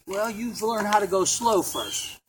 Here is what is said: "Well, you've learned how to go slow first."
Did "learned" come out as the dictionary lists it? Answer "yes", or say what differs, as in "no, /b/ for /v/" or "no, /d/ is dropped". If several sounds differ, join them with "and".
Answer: yes